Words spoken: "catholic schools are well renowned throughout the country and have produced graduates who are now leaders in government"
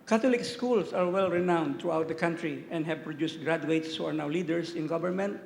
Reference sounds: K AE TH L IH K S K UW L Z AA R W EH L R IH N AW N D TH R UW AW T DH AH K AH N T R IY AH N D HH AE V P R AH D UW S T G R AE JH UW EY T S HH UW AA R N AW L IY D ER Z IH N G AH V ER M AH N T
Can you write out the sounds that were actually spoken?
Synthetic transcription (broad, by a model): K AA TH L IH K S K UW L S AA R W EH L R IH N AW N D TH R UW AW T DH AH K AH N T R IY AH N D HH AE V P R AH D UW S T G R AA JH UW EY T S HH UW AA R N AW L IY D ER S IH N G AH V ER M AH N T